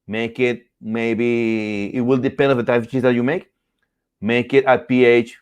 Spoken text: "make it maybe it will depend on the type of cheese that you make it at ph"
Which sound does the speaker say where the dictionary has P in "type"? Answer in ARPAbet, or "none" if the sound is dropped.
none